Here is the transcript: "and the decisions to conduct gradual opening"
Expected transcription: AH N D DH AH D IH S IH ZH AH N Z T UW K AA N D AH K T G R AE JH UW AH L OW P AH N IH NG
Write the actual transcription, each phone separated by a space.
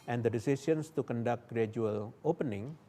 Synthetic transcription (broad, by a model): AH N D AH D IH S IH S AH N S T UW K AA N D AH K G R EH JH UW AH L OW P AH N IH NG